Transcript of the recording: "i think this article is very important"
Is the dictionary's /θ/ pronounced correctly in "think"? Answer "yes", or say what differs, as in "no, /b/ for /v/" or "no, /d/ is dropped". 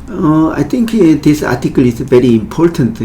no, /t/ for /θ/